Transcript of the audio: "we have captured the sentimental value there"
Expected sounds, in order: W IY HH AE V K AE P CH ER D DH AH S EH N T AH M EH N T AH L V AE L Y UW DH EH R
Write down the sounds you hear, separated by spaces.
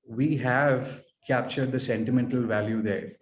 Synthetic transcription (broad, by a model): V IY HH AE V K AE P CH ER D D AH S EH N T AH M EH N T AH L V AE L Y UW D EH R